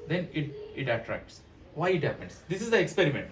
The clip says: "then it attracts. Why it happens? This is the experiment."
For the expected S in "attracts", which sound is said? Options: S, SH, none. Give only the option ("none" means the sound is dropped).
S